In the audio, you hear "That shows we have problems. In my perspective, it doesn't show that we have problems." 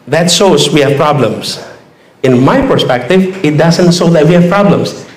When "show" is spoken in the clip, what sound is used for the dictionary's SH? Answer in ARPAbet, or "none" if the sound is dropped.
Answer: S